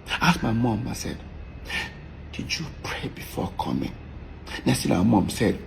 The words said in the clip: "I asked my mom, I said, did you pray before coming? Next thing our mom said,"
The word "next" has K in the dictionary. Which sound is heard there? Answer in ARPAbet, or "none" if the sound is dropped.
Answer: none